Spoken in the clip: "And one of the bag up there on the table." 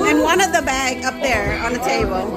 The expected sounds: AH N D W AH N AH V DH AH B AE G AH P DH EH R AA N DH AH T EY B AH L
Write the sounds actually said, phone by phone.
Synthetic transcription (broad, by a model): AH N W AH N AH V DH AH B AE G AH P DH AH R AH N DH AH T EY B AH L